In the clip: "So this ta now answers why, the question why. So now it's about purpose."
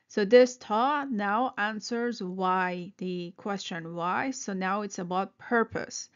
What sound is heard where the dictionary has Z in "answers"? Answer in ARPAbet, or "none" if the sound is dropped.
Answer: Z